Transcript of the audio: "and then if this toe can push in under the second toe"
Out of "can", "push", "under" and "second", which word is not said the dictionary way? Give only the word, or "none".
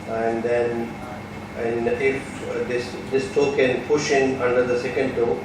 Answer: none